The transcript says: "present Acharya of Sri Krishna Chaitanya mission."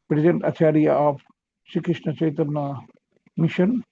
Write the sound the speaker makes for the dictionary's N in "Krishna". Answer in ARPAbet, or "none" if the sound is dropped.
N